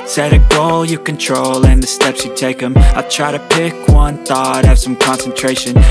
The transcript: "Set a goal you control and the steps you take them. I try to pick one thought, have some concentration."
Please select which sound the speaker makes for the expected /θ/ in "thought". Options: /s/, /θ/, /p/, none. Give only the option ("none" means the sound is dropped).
/θ/